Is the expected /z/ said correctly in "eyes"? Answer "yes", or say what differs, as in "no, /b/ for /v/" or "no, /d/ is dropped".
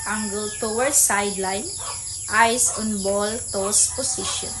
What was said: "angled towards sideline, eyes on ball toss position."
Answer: no, /s/ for /z/